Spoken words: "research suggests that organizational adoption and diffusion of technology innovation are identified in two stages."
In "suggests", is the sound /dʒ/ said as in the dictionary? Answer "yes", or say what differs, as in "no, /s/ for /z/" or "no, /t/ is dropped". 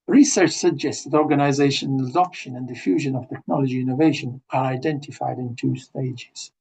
yes